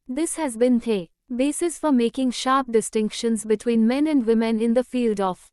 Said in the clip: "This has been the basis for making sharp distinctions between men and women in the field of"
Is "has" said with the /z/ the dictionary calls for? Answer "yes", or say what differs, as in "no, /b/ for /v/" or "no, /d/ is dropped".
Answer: yes